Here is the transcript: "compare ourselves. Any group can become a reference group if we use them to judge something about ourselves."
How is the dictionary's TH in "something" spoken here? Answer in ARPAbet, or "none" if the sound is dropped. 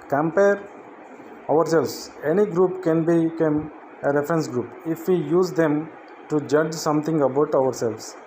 T